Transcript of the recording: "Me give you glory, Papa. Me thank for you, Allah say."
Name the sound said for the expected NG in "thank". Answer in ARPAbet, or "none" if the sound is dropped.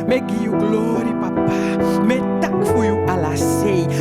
none